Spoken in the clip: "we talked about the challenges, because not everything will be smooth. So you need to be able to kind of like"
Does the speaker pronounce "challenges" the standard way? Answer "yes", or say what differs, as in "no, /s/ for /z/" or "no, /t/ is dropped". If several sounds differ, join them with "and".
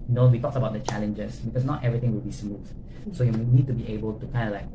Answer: no, /s/ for /z/